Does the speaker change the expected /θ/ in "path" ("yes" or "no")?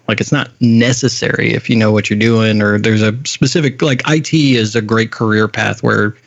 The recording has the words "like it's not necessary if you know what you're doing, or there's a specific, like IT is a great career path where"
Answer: no